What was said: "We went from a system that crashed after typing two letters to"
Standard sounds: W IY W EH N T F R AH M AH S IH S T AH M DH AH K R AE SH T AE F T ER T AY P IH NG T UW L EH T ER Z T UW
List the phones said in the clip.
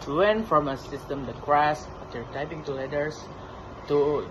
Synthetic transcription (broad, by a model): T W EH N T F R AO M AH S IH S T AH M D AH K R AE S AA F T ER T AY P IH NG T UW L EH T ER S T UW